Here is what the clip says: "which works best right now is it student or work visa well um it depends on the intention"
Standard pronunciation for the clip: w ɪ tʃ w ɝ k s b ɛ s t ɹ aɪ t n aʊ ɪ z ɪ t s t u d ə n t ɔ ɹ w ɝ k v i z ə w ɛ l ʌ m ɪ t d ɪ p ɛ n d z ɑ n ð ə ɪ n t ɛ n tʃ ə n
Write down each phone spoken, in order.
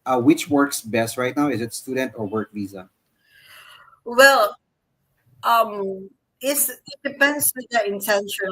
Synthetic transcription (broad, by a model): w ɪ tʃ w ɝ k s b ɛ s t ɹ aɪ t n aʊ ɪ z ɪ t s t u d ə n t ɔ ɹ w ɝ k v i z ə w ɛ l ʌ m ɪ t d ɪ p ɛ n d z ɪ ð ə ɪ n t ɛ n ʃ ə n